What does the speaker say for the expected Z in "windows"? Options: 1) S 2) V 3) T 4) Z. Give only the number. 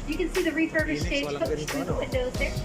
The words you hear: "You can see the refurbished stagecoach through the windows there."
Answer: 4